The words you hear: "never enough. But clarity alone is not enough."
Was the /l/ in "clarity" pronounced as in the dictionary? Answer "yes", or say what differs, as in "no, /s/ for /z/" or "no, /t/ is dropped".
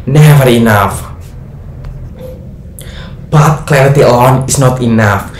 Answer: yes